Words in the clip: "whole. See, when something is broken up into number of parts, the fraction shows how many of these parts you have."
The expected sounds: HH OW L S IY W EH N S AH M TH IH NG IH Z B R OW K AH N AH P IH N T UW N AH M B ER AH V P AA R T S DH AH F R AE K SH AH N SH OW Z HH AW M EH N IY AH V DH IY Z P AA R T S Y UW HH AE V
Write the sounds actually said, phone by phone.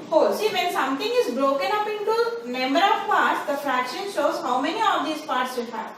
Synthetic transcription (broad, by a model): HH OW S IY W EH N S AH M T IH NG IH Z B R OW K AH N AH P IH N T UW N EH M ER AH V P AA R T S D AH F R AE K SH AH N SH OW Z HH AW M EH N IY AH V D IY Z P AA R T S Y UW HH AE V